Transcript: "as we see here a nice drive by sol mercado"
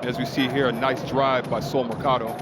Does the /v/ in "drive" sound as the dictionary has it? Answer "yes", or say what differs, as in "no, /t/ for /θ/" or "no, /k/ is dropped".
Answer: yes